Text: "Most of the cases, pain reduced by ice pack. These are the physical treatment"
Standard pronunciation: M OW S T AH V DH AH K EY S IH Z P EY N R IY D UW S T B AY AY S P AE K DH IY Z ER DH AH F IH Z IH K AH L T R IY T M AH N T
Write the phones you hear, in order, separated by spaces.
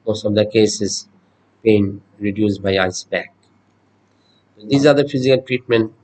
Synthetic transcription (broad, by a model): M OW S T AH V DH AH K EY S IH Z B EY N R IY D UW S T B AY AY S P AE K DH IY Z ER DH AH F IH Z IH K AH L T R IY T M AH N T